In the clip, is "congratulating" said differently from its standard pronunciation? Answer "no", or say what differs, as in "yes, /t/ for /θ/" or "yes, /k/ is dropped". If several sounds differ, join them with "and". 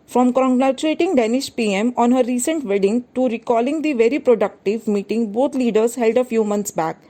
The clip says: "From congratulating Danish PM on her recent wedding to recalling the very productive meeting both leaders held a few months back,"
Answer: yes, /l/ is dropped